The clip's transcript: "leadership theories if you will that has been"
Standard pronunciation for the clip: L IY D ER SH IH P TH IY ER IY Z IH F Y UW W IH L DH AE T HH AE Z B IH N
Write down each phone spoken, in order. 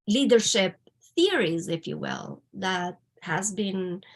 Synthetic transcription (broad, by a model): L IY D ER SH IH P TH IY ER IY Z IH F Y UW W IH L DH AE T HH AE Z B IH N